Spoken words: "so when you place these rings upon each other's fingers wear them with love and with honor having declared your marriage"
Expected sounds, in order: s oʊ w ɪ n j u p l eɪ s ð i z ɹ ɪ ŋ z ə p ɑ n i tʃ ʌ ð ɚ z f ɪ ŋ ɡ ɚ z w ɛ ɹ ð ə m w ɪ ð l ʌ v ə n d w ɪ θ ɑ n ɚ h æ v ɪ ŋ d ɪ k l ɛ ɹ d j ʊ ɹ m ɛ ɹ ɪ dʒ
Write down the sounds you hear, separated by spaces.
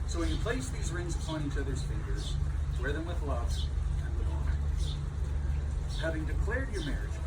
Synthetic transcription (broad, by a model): s oʊ w ɪ n j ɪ p l eɪ s ð i z ɹ ɪ ŋ z ə p ɑ n i tʃ ʌ ð ɚ z f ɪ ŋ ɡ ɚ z w ɛ ɹ ð ə m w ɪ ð l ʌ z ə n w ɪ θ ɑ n h æ v ɪ ŋ d ɪ k l ɛ ɹ d j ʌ ɹ m ɛ ɹ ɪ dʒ